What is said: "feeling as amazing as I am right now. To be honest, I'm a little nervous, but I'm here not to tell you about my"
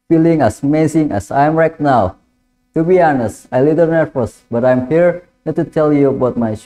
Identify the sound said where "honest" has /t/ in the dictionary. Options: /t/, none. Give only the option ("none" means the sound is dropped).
/t/